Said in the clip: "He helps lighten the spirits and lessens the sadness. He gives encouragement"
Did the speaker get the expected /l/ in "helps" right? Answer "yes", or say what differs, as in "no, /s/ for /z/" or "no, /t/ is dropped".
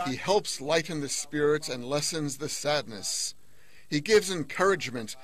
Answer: yes